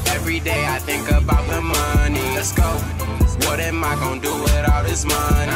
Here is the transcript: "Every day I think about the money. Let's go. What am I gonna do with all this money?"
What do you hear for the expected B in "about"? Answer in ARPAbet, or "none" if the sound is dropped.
B